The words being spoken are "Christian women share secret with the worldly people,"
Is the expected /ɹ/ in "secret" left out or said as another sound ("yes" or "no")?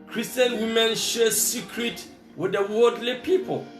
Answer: no